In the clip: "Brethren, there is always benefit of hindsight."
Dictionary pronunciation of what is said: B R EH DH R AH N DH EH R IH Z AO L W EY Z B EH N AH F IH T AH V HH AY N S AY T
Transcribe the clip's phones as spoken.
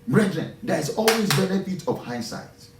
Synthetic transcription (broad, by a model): B R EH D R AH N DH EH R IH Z AO L W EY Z B EH N AH F IH T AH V HH AY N S AY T